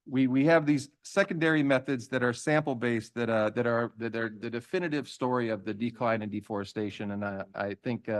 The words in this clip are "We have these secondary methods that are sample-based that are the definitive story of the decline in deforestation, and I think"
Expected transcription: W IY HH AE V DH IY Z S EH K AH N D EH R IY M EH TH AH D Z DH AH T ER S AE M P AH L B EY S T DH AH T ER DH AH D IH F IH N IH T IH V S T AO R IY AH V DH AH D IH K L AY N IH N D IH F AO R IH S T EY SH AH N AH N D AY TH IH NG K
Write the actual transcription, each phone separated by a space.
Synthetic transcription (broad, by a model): W IY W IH V DH IY Z S EH K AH N D EH R IY M EH TH AH D Z DH AH T ER S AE M P L B EY S T DH AH T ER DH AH D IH F IH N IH T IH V S T AO R IY AH V DH AH D IH K L AY N IH N D IH F AO R IH S T EY SH AH N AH N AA AY TH IH NG K